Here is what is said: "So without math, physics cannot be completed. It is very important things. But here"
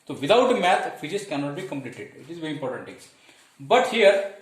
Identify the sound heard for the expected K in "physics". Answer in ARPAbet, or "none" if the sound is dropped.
none